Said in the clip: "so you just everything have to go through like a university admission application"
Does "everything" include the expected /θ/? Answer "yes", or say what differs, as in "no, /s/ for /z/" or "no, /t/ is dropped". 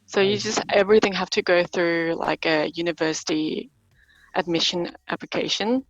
yes